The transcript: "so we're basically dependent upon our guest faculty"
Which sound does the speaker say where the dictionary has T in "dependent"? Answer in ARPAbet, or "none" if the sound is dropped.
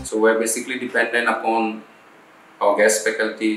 none